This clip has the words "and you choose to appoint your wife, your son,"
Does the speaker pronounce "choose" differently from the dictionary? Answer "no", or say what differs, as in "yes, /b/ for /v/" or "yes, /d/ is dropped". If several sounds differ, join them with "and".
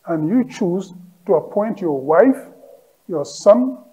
no